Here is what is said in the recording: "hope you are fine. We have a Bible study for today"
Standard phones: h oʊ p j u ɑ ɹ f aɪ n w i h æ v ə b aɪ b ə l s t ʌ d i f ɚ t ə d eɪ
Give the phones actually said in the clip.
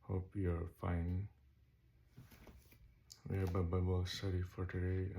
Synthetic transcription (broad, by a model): h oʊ p j u ɑ ɹ f aɪ n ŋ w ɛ b ə b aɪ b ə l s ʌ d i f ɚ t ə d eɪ